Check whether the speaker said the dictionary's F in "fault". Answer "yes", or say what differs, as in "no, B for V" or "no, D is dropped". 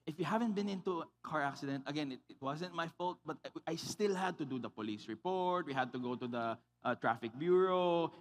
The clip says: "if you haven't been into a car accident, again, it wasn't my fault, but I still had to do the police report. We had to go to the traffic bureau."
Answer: yes